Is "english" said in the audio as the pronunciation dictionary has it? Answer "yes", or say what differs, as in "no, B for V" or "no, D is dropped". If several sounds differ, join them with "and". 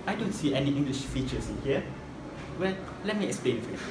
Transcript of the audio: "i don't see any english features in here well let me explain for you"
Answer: yes